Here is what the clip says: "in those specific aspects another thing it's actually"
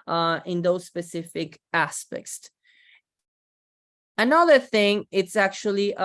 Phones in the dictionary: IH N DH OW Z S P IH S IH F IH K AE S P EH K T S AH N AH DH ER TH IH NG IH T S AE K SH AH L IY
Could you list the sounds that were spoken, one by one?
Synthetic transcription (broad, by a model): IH N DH OW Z S P IH S IH F IH K AE S P EH K T S AH N AH DH ER TH IH NG IH T S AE K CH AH L IY